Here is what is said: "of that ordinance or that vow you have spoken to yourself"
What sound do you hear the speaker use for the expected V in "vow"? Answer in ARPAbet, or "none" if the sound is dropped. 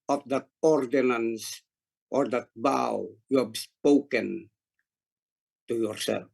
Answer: B